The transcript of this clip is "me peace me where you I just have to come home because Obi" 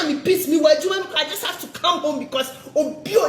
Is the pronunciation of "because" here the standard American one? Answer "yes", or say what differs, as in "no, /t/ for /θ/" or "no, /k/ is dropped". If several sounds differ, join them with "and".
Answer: no, /s/ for /z/